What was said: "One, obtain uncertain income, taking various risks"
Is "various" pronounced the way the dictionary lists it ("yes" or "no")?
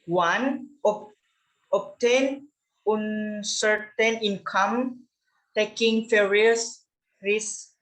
no